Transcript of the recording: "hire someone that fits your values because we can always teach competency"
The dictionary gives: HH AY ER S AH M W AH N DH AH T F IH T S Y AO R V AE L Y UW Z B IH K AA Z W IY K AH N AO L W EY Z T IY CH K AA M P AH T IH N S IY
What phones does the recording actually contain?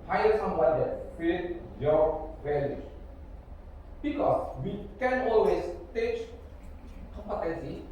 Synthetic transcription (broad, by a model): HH AY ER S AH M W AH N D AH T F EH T Y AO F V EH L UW B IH K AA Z W IY K AH N AO L W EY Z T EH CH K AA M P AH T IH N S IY